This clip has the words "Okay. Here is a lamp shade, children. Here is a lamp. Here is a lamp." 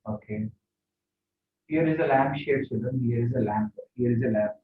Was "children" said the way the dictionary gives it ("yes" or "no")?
no